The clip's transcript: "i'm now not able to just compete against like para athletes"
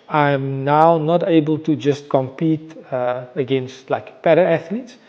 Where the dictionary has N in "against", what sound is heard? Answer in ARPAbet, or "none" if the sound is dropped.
N